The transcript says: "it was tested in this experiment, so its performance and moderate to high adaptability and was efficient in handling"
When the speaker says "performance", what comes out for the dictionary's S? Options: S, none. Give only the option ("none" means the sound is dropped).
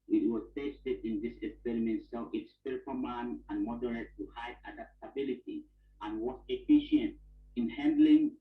none